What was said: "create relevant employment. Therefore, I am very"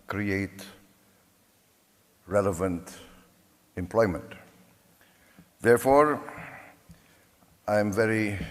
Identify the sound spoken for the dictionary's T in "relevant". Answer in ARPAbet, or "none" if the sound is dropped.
T